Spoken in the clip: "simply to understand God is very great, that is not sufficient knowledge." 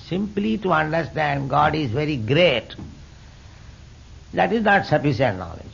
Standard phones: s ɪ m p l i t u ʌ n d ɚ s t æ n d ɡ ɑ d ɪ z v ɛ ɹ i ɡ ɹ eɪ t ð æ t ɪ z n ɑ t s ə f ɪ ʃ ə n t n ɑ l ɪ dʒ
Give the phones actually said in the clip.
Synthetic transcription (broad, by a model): s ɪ m p l i t u ʌ n d ɚ s t æ n d ɡ ɑ d ɪ z v ɛ ɹ i ɡ ɹ eɪ t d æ t ɪ z n ɑ t s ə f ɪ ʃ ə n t n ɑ l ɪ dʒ